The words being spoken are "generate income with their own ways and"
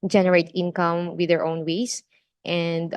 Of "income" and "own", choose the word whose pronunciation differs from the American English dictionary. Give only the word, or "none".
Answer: none